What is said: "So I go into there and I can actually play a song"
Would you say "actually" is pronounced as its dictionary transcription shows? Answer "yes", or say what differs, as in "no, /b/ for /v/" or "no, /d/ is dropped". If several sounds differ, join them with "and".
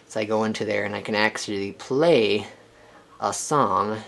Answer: no, /s/ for /tʃ/